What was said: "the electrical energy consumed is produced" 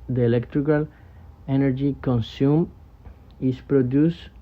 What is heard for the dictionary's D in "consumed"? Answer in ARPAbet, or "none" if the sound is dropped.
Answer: none